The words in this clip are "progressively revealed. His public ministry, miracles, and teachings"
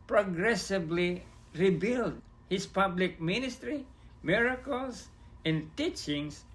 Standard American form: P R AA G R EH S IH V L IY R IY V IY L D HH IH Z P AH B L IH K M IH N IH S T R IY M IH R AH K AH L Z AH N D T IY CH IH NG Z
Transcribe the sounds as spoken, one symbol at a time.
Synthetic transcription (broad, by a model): P R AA G R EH S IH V L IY R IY B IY L D HH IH S P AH B L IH K M IH N IH S T R IY M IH R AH K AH L S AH N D T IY CH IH NG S